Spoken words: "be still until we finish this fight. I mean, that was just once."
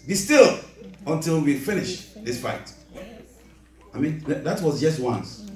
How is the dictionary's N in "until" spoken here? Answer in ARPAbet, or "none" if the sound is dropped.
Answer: N